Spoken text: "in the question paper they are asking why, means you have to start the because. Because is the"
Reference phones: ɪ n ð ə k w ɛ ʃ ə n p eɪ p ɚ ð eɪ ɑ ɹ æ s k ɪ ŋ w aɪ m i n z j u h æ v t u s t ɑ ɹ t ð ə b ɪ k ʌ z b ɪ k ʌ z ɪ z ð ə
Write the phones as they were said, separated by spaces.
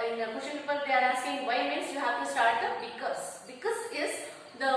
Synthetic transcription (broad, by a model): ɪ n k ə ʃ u ə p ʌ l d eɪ ɑ ɹ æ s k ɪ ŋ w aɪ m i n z j u h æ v t u s t ɑ ɹ t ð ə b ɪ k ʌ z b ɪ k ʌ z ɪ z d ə